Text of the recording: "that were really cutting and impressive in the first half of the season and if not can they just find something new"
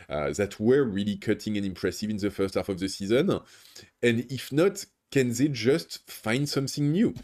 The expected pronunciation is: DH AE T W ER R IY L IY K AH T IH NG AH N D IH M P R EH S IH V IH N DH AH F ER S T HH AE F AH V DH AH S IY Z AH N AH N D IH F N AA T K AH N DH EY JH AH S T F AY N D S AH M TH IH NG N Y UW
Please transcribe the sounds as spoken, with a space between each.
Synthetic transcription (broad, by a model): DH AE T W ER R IY L IY K AH T IH NG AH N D IH M P R EH S IH V IH N DH AH F ER S T HH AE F AH V DH AH S IY Z AH N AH N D IH F N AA T K AH N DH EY JH AH S T F AY N D S AH M TH IH NG N Y UW